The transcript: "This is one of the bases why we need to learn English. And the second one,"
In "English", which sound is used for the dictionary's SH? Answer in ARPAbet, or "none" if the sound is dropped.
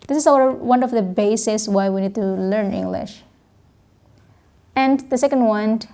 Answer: SH